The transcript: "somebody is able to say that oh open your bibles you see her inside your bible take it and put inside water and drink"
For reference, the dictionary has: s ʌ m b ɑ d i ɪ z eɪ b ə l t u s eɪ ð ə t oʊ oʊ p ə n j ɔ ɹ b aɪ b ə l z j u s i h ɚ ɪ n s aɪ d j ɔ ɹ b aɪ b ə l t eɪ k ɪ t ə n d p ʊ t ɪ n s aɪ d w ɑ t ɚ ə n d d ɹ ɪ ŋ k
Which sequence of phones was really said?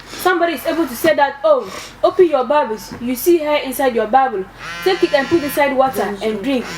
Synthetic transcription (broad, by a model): s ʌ m b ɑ d i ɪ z eɪ b ə l t u s eɪ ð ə t oʊ oʊ p ə n j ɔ b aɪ b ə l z j u s i h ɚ ɪ n s aɪ d j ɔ b aɪ b ə l s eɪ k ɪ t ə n p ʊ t ɪ n s aɪ d w ɑ t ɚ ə n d d ɹ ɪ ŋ k